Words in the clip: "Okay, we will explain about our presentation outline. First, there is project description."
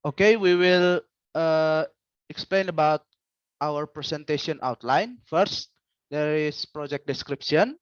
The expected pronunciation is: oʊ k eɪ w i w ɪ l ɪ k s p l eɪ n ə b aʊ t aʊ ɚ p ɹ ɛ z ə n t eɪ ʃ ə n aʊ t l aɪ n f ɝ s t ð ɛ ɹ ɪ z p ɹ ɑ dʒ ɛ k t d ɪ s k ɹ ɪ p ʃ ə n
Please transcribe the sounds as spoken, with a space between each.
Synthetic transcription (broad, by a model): oʊ k eɪ w i w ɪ l ɪ k s p l eɪ n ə b aʊ t aʊ ɚ p ɹ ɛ s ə n t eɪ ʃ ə n aʊ t l aɪ n f ɝ s t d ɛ ɹ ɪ s p ɹ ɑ dʒ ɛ k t d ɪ s k ɹ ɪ p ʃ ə n